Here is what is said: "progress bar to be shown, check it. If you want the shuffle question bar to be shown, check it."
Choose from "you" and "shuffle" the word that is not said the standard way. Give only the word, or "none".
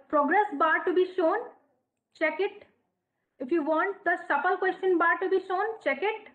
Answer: shuffle